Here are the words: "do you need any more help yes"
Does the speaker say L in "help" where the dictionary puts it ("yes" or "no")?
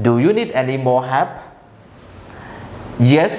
no